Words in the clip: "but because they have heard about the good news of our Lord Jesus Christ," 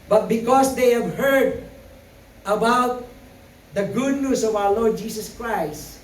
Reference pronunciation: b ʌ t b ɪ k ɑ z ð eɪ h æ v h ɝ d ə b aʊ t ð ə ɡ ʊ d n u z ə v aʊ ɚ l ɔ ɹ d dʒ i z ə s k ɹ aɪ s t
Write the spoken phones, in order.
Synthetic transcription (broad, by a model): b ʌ t b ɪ k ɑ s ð eɪ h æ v h ɝ d ə b aʊ t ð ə ɡ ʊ d n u s ə v aʊ ɚ l ɔ ɹ d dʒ i s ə s k ɹ aɪ s t